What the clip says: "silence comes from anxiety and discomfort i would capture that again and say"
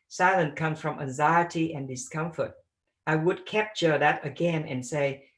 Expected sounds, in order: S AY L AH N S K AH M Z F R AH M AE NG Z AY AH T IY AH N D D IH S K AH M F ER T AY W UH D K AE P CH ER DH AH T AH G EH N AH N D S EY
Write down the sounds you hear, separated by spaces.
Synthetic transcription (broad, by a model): S AY L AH N K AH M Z F R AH M AE NG Z AY AH T IY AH N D D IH S K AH M F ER T AY W UH D K AE P CH ER DH AH T AH G EH N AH N S EY